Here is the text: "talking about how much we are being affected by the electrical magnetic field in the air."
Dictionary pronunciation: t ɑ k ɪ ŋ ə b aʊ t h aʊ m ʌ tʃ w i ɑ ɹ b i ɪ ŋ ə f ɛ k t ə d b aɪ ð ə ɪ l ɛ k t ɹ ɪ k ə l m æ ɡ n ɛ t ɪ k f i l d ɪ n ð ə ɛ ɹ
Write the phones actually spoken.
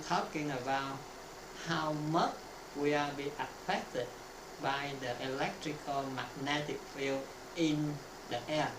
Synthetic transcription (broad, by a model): t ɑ k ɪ ŋ ə b aʊ t h aʊ m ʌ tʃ w i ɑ l b i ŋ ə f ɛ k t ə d b aɪ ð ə ɪ l ɛ k t ɹ ɪ k ə l m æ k n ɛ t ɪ k f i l ɪ n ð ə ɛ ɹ